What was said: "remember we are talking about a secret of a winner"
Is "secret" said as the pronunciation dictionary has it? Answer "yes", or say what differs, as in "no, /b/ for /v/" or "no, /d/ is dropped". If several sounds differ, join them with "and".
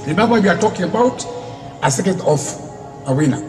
no, /ɹ/ is dropped